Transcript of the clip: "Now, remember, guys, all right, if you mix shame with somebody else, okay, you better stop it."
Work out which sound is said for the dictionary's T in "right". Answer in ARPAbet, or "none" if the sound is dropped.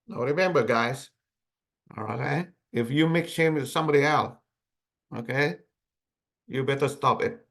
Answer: none